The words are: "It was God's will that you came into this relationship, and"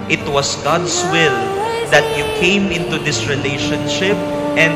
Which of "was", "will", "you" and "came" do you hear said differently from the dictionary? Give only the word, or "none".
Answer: was